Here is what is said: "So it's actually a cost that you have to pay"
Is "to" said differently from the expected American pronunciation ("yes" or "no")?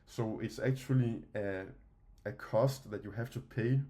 no